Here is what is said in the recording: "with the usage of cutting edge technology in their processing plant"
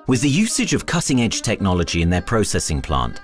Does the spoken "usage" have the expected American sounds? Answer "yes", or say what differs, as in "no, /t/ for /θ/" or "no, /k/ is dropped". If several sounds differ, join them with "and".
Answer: yes